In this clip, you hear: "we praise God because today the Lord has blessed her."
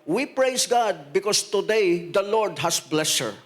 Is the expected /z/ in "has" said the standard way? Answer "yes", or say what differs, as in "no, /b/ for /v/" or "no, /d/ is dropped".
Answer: no, /s/ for /z/